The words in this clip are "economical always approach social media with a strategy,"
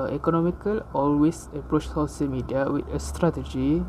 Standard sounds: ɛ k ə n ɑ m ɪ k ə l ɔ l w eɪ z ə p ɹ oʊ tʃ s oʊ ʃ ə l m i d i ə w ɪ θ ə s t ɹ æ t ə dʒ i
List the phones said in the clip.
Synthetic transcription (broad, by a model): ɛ k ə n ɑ m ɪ k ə l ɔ l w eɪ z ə p ɹ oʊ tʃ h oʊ s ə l m i d i ə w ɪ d ə s t ɹ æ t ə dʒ i